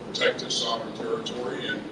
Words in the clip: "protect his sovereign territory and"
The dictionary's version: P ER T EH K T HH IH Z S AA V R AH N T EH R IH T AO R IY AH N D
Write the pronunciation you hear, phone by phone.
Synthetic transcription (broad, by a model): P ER T EH K T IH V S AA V AH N T EH R IH T AO R IY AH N